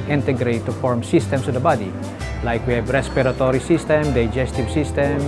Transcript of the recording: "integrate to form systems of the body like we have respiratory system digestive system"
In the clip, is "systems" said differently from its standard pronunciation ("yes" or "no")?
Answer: yes